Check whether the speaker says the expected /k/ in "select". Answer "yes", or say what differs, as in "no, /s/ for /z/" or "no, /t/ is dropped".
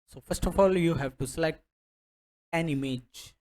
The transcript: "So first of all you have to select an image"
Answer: no, /k/ is dropped